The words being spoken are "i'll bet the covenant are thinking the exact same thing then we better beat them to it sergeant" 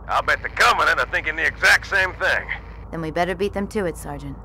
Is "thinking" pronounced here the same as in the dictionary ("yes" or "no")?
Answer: yes